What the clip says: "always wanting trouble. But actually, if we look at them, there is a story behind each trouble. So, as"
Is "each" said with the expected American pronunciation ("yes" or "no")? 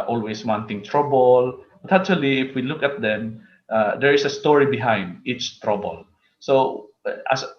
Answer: yes